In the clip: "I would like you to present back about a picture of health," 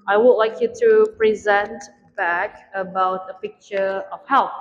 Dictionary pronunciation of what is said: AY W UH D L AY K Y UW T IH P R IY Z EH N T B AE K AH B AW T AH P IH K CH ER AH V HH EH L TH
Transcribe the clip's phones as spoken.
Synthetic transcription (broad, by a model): AY W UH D L AY K Y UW T IH P R IY Z EH N T B AE K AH B AW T AH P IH K CH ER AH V HH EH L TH